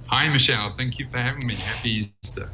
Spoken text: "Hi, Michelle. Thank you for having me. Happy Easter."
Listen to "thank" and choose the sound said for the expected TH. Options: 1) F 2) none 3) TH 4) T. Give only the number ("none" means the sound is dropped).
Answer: 3